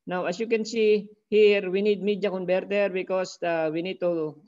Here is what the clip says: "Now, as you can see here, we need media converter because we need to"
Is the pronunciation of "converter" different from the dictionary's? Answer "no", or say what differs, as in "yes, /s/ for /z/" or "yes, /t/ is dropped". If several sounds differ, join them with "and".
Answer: yes, /b/ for /v/